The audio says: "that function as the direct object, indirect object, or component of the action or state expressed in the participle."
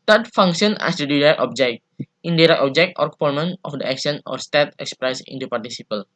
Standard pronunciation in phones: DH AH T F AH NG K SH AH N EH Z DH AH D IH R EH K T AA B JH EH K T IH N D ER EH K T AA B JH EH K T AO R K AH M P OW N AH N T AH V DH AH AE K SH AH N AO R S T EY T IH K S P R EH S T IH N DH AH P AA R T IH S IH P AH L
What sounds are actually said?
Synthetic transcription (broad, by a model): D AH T F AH NG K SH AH N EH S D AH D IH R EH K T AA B JH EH K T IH N D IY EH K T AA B JH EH K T AO R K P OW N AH N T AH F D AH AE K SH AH N AO R S T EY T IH K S P R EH S IH N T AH P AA R T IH S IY P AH L